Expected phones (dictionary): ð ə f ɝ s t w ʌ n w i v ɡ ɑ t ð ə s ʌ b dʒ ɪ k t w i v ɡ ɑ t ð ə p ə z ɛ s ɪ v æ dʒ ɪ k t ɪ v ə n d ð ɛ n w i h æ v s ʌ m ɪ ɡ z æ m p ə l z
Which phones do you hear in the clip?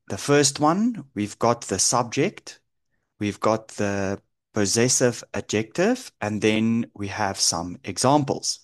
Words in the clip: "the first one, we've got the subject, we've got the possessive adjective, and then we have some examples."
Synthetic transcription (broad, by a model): ð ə f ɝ s t w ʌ n w i v ɡ ɑ t ð ə s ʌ b dʒ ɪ k t w i v ɡ ɑ t ð ə p ə z ɛ s ɪ v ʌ dʒ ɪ k t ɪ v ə n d ð ɛ n w i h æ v s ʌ m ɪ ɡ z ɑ m p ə l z